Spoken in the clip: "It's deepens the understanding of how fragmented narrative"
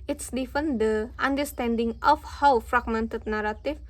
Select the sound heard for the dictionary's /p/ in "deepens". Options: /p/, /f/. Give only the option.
/f/